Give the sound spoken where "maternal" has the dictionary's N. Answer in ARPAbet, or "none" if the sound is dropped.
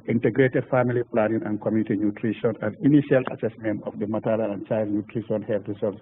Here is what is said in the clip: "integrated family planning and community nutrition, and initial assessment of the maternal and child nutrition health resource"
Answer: L